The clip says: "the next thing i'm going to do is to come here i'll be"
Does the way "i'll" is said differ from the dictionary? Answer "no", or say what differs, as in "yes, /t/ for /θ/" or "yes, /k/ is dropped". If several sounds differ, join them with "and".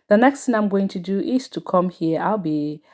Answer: no